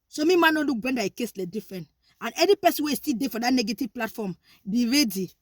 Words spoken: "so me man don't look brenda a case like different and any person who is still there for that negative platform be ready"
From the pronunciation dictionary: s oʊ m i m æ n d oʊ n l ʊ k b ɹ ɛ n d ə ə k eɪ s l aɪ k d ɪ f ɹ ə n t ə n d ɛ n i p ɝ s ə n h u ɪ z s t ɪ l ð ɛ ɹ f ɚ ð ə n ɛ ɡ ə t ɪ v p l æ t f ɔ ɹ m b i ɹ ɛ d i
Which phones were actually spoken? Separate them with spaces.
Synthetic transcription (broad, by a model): s oʊ m i m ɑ n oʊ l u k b w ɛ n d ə ə k eɪ s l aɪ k d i f ɹ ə n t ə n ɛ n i p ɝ s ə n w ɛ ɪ s t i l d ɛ f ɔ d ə n ɛ ɡ ə t ɪ v p l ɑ t f ɔ m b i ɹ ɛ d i